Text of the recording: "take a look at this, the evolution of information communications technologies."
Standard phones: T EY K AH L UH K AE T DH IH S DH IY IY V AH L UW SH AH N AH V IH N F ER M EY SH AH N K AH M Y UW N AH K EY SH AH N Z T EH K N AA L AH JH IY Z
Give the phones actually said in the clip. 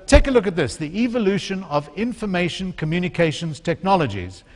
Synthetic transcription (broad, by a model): T EY K AH L UH K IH T DH IH S DH IY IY V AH L UW SH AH N AH V IH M F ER M EY SH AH N K AH M Y UW N AH K EY SH AH N Z T EH K N AA L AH JH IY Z